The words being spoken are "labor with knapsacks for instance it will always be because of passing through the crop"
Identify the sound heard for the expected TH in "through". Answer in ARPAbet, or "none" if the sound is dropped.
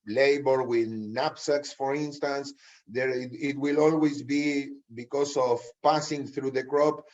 TH